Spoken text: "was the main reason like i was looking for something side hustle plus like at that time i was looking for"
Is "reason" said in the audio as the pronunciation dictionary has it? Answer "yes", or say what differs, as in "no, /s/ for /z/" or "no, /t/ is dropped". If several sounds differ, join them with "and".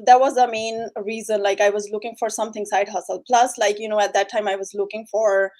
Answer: yes